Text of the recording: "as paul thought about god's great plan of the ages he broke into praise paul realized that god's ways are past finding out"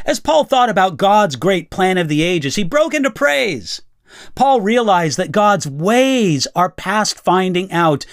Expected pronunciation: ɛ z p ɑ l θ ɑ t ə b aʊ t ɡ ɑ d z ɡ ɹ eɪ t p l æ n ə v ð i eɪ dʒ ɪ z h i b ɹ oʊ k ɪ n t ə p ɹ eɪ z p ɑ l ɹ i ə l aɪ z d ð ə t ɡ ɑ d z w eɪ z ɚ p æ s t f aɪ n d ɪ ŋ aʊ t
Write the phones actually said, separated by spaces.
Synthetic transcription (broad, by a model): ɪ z p ɑ l θ ɑ t ə b aʊ t ɡ ɑ d z ɡ ɹ eɪ t p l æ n ə v ð i eɪ dʒ ɪ z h i b ɹ oʊ k ɪ n t ə p ɹ eɪ z p ɑ l ɹ i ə l aɪ z ð ə t ɡ ɑ d z w eɪ z ɚ p æ s t f aɪ n d ɪ ŋ aʊ t